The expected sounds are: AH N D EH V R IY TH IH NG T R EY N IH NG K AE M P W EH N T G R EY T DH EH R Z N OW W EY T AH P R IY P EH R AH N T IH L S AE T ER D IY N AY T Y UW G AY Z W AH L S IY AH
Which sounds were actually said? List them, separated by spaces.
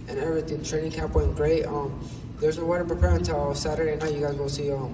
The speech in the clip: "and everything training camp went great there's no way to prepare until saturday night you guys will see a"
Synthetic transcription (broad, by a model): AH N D EH V R IY TH IH NG T R EY N IH NG K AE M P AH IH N G R EY T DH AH R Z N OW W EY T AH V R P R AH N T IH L S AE T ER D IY N AY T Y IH G AY Z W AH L S IY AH